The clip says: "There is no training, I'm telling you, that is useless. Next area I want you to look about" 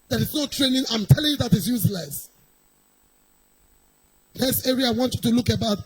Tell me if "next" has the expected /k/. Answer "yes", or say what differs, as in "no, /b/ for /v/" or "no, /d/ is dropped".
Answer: no, /k/ is dropped